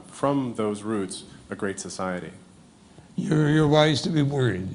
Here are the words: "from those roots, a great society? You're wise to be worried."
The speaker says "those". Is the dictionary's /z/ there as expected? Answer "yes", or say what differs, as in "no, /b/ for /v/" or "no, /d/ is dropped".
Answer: yes